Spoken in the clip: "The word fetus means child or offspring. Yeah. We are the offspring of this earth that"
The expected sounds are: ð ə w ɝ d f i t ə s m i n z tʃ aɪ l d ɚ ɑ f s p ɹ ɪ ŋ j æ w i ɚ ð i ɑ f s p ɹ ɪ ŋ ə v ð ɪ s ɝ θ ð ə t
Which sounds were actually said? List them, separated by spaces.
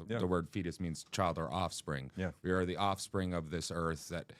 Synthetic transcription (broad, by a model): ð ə w ɝ d f i t ə s m i n z tʃ aɪ l d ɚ ɑ f s p ɹ ɪ ŋ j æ w i ɚ ð i ɑ f s p ɹ ɪ ŋ ə v ð ɪ s ɝ θ ð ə t